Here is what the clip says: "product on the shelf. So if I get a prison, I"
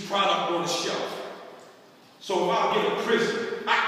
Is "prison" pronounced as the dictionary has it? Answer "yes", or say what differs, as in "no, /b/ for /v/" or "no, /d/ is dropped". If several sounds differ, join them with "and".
no, /s/ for /z/